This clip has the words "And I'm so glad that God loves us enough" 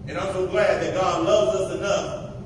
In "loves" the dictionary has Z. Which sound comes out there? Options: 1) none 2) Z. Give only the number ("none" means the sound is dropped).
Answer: 2